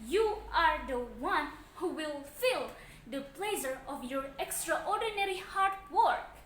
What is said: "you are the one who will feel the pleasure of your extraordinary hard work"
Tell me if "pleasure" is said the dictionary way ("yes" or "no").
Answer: no